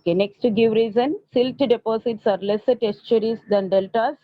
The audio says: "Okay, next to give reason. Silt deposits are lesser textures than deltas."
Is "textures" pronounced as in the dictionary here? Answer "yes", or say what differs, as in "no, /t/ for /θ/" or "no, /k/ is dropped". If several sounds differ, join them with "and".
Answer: no, /k/ is dropped